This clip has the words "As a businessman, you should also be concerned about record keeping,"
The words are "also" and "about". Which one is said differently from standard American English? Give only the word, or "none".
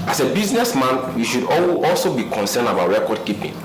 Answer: none